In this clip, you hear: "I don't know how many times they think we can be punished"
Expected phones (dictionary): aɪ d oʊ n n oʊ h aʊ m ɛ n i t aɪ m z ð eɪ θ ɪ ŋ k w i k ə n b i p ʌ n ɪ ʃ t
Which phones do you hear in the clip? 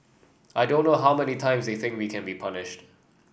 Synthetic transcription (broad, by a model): aɪ d oʊ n n oʊ h aʊ m ɛ n i t aɪ m z ð eɪ θ ɪ ŋ k w i k ə n b i p ʌ n ɪ ʃ t